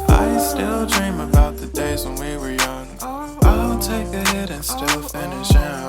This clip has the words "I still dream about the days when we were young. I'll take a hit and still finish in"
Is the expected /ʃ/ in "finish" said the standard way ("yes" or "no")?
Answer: yes